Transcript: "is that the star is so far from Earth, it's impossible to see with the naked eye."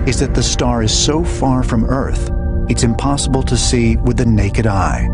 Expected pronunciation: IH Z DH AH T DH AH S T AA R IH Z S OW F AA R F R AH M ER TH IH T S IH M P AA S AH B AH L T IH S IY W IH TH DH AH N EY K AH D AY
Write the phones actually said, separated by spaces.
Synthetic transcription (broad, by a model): IH Z DH AH T DH AH S T AA R IH Z S OW F AA R F R AH M ER TH IH T S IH M P AA S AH B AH L T IH S IY W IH DH AH N EY K AH D AY